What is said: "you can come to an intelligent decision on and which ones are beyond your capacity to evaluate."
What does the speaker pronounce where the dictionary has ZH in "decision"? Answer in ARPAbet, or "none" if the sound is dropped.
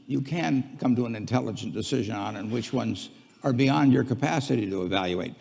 ZH